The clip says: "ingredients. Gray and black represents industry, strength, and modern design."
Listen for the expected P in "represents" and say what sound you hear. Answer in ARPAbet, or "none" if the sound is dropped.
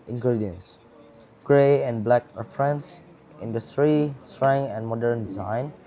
F